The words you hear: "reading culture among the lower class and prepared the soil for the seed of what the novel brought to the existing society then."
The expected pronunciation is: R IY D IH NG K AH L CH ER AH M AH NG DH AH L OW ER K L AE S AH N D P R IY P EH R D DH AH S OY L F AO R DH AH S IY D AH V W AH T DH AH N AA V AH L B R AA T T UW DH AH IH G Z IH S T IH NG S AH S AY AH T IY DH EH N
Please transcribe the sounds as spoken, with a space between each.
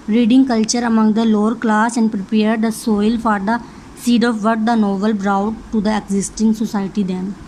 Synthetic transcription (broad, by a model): R IY D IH NG K AH L CH ER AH M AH NG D AH L OW ER K L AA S AH N D P R IY P EH R D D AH S OY L F AO R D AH S IY D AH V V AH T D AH N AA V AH L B R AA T T UW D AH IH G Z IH S T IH NG S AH S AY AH T IY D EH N